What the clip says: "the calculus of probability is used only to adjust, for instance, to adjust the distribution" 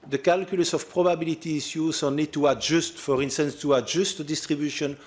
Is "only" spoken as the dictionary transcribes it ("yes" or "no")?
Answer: no